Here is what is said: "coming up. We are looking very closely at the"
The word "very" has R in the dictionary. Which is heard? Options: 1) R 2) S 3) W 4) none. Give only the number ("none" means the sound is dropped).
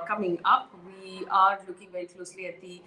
1